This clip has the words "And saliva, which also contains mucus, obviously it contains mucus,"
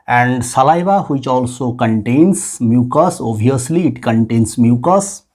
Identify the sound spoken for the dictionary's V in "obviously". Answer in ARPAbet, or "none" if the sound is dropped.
none